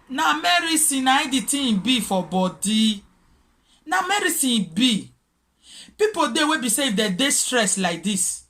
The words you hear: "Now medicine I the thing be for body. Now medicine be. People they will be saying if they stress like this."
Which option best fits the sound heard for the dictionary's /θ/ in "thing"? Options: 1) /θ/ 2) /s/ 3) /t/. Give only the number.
3